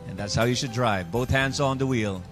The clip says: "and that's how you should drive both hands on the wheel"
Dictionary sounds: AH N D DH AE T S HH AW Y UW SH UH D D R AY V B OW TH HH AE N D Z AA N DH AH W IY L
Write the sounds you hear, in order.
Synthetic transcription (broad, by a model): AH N DH AE T S HH AW Y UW SH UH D D R AY V B OW TH HH AE N D Z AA N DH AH W IY L